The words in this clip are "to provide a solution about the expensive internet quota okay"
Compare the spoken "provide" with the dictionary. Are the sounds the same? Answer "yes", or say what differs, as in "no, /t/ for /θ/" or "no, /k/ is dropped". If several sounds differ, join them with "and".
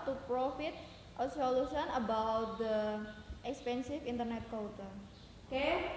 no, /f/ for /v/